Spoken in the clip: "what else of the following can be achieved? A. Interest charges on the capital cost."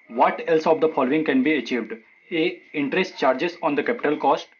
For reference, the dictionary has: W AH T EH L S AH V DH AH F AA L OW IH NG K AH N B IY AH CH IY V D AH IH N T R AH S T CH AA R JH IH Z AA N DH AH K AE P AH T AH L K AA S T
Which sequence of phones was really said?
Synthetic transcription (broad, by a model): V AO T EH L S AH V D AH F AA L OW IH NG K AH N B IY AH CH IY V D AH IH N T R AH S T CH AA R JH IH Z AA N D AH K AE P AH T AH L K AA S T